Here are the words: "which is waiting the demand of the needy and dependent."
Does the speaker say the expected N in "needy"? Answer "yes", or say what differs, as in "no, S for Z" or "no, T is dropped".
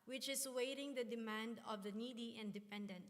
yes